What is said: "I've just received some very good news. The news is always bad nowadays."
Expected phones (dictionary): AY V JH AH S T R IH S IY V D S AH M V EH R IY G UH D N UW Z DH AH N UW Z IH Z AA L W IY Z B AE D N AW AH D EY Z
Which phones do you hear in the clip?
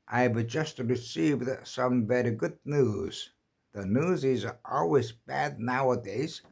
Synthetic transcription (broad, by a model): AY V JH AH S T R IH S IY V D S AH M V EH R IY G UH D N UW Z DH AH N UW Z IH Z AA L W IY Z B AE D N AW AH D EY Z